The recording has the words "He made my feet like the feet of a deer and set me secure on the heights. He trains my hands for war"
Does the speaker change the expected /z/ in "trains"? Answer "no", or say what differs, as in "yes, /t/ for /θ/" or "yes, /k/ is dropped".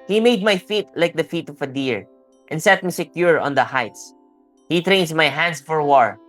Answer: yes, /s/ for /z/